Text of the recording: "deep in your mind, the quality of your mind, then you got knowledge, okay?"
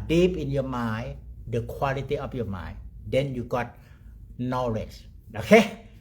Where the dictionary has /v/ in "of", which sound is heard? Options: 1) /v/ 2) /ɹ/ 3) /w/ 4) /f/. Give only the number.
4